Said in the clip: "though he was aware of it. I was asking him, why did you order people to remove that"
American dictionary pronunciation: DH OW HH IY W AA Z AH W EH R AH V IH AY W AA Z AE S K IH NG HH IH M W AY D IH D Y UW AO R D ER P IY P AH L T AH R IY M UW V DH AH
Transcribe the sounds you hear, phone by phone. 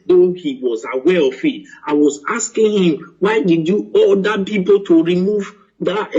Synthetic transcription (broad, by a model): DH OW HH IY W AA Z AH W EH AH F IH AY W AA Z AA S K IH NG HH IH M W AY D IH D Y UW AO L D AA P IY P AH L T AH R IY M UW V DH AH